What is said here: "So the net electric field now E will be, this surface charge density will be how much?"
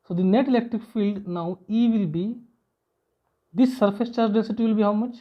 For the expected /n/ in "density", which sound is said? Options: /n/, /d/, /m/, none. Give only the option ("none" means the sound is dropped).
none